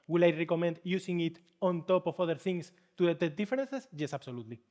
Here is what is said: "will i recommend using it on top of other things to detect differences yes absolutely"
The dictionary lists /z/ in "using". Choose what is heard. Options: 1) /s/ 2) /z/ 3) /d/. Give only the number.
1